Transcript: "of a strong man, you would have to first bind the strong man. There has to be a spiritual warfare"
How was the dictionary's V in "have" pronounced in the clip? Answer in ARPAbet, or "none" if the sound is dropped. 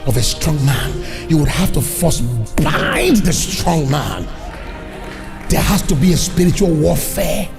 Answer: F